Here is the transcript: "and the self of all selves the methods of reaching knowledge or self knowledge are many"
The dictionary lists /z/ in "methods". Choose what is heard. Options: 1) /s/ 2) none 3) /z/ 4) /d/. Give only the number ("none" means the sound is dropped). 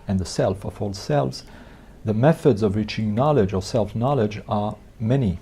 3